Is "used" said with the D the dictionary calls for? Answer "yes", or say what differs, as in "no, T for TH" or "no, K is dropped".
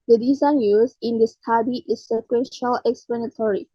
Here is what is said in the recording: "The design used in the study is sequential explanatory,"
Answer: no, D is dropped